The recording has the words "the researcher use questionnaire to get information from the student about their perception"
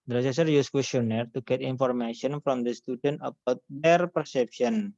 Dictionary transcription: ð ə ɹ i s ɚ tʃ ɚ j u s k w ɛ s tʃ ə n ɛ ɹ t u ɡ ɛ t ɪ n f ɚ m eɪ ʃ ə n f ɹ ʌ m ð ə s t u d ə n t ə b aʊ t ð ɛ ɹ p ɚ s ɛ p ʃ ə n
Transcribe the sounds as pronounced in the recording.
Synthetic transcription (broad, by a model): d ɹ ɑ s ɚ s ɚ j u s k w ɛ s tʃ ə n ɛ ɹ t u ɡ ɛ t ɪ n f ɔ m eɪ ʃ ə n f ɹ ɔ m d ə s t u d ə n t ə b aʊ t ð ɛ ɹ p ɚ s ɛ p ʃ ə n